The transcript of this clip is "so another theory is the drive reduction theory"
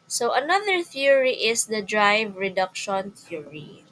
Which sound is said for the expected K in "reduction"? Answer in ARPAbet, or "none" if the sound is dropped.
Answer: K